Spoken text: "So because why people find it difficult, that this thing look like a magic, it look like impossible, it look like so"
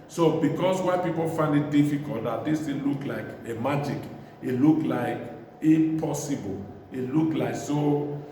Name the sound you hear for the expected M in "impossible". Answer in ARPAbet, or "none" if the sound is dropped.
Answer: none